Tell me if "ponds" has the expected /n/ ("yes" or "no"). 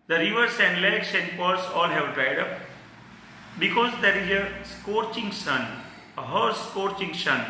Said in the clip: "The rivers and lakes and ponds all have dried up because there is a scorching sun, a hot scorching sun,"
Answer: no